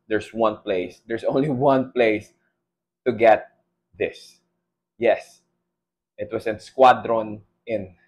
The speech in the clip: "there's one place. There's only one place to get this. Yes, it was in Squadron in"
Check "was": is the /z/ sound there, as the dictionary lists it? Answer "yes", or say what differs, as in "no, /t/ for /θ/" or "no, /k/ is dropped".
no, /s/ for /z/